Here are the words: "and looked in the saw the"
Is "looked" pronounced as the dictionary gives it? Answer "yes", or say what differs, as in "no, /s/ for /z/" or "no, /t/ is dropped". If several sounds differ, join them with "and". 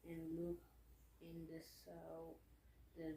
no, /t/ is dropped